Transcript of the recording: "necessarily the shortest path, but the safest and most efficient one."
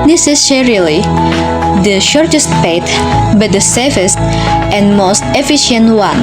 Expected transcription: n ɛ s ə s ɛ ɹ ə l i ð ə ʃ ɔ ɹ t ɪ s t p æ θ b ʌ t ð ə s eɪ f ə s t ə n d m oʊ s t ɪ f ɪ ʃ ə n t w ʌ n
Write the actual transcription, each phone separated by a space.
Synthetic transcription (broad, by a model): n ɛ s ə s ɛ ɹ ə l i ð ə ʃ ɔ ɹ t ɪ s t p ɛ t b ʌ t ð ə s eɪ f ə s t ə n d m oʊ s t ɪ f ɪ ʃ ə n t w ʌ n